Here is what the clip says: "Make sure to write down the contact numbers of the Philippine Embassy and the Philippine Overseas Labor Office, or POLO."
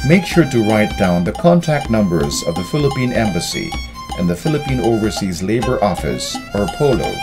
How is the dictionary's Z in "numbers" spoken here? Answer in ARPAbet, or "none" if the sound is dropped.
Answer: Z